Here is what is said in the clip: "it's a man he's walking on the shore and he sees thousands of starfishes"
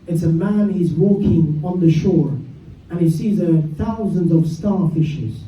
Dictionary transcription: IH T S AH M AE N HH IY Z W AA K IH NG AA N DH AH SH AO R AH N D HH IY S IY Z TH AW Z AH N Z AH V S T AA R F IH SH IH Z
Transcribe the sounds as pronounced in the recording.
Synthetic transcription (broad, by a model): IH T S AH M AE N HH IY Z W AA K IH NG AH N DH AH SH AO R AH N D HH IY S IY Z TH AW Z AH N Z AH V S T AA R F IH SH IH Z